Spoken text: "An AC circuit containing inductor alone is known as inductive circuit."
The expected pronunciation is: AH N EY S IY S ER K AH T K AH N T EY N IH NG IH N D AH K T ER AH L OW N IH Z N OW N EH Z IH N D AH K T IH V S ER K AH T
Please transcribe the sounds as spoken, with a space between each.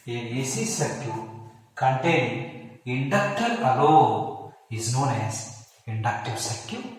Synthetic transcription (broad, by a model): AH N EY S IY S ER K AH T K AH N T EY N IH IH N D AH K T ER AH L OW IH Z N OW N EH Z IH N D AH K T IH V S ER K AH